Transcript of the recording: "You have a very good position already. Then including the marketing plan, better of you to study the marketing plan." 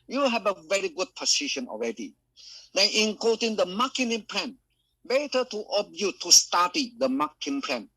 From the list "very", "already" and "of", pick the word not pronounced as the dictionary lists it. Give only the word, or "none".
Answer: of